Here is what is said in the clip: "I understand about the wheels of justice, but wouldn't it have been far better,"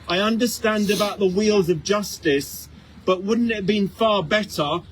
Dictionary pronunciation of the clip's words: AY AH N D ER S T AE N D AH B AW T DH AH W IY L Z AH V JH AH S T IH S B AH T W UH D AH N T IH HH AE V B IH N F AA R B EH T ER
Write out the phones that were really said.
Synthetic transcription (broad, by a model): AY AH N D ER S T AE N D AH B AW T DH AH W IY L Z AH V JH AH S T IH S B AH T W UH D N T IH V B IH N F AA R B EH T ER